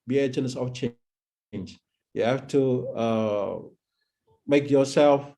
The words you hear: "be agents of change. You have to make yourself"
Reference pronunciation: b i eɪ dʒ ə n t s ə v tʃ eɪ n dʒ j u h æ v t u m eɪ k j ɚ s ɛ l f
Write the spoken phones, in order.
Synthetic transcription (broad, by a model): b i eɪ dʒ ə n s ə f tʃ eɪ n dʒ j u h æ f t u m eɪ k j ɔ s ɛ l f